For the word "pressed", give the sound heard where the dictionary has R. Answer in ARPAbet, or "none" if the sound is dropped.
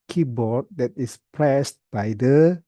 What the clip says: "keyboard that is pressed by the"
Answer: L